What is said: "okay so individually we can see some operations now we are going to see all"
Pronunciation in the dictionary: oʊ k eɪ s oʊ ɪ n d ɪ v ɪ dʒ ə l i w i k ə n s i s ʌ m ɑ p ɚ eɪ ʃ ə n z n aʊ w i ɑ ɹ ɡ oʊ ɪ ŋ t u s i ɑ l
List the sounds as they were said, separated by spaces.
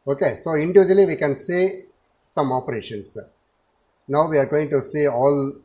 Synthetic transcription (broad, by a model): oʊ k eɪ s oʊ ɪ n d ɪ v ɪ dʒ ə l i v i k ə n s i s ʌ m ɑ p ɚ eɪ ʃ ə n s n aʊ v i ɑ ɹ ɡ oʊ ɪ ŋ t u s i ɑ l